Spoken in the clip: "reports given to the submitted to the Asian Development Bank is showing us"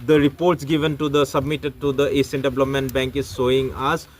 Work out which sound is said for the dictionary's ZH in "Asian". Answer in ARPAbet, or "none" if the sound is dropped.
S